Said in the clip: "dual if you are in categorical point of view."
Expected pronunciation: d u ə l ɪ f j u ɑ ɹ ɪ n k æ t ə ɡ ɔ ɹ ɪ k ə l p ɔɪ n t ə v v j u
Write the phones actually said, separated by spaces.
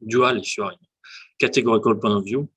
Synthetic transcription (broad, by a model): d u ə l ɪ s ɑ ɹ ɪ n k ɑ t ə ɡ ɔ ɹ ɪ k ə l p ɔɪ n ə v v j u